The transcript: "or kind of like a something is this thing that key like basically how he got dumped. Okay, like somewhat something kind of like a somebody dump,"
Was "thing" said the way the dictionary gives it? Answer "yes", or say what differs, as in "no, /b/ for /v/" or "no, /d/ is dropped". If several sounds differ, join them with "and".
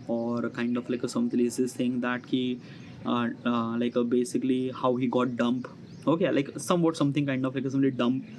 no, /s/ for /θ/